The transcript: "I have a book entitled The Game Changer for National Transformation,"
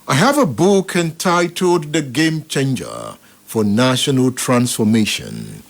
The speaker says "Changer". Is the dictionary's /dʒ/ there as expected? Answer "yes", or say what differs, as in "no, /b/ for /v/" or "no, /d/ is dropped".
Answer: yes